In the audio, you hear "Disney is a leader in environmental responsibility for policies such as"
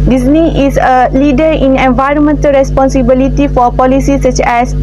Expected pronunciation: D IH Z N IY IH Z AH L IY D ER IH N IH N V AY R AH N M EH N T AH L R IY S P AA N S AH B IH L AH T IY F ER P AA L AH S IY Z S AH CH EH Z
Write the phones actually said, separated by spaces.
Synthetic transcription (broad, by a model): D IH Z N IY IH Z AH L IY D ER IH N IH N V AY R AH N M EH N T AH L R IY S P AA N S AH B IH L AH T IY F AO P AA L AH S IY S AH CH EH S